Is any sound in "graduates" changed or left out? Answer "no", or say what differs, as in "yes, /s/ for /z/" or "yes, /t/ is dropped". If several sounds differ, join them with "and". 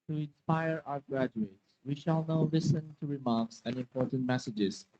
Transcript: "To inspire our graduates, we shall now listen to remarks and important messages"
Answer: no